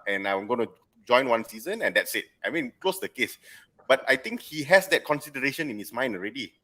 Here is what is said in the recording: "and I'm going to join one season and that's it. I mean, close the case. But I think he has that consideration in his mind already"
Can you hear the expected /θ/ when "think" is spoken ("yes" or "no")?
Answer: no